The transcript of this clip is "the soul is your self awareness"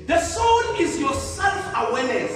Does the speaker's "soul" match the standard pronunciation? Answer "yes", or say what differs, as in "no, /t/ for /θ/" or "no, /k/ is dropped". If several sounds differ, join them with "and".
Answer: no, /n/ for /l/